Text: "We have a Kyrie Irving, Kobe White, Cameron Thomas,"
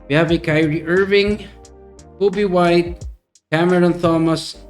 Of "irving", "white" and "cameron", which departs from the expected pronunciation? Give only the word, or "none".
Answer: none